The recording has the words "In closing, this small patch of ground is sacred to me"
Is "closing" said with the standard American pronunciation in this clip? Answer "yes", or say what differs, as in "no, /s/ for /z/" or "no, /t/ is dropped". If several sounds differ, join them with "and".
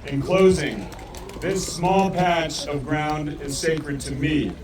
yes